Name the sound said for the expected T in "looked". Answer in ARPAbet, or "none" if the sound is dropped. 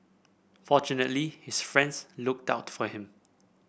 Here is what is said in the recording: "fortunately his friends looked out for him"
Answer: T